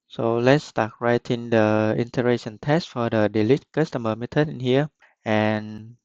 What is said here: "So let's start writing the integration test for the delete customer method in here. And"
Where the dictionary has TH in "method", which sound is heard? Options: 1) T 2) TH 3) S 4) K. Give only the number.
1